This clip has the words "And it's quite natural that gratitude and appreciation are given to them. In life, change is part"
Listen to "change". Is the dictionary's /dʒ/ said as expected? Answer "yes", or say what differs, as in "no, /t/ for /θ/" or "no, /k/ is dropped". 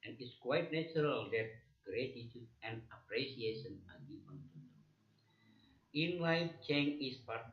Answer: no, /dʒ/ is dropped